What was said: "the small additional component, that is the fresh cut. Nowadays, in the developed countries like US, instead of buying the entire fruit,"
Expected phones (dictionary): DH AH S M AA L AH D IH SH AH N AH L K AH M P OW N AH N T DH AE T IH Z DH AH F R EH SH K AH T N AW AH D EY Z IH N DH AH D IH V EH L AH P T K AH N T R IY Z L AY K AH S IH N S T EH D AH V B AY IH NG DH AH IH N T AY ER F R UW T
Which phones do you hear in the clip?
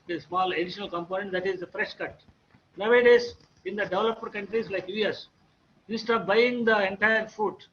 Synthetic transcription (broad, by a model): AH S M AA L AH D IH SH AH N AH L K AH M P OW N AH N T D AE T IH Z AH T R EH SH K AH T N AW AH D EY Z IH N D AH D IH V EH L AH P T K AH N T R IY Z L AY K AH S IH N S T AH P B AY IH NG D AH IH N T AY ER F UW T